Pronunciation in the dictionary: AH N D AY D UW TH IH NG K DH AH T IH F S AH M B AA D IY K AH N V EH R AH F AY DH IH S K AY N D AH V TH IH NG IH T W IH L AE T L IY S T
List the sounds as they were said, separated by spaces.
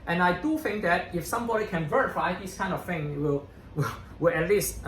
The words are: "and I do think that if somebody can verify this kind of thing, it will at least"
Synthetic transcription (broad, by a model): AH N AY D UW TH IH NG K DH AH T IH F S AH M B AA D IY K AH N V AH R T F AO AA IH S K AY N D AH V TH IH NG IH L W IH W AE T L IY S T